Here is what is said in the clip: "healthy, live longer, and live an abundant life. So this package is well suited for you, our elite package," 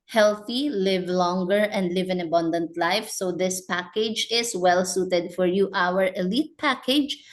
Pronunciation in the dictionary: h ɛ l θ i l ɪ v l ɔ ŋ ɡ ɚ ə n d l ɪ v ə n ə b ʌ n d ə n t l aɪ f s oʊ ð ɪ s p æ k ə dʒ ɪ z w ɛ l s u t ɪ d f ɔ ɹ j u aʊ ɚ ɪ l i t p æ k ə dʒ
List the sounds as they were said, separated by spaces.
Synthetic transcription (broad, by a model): h ɛ l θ i l ɪ v l ɔ ŋ ɡ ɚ ə n d l ɪ v ə n ə b ʌ n d ə n t l aɪ f s oʊ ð ɪ s p æ k ə dʒ ɪ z w ɛ l s u t ɪ d f ɔ ɹ j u aʊ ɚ ɪ l i t p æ k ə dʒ